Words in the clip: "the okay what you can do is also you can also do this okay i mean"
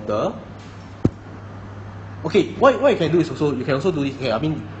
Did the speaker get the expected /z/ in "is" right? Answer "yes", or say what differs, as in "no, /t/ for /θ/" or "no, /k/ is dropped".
no, /s/ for /z/